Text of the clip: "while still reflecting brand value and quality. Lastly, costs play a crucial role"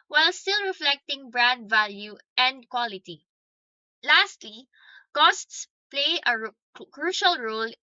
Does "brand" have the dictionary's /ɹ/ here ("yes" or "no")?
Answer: yes